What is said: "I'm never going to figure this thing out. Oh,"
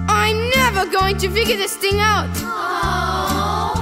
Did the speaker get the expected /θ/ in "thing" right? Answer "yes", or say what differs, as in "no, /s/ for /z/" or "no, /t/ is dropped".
yes